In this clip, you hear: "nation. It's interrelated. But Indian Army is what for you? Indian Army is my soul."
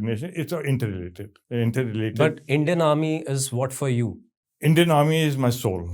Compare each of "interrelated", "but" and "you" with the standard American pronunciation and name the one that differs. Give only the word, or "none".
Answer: interrelated